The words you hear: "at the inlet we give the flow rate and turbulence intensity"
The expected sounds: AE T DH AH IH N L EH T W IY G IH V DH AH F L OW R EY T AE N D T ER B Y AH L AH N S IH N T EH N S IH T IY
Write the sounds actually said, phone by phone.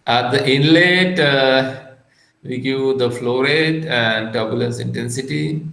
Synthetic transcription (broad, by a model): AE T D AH IH N L EH T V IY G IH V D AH F L OW R EY T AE N D T ER B Y AH L AH N S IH N T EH N S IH T IY